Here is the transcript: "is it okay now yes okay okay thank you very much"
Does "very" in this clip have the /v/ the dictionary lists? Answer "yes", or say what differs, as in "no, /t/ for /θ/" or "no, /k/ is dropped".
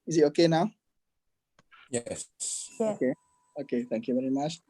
yes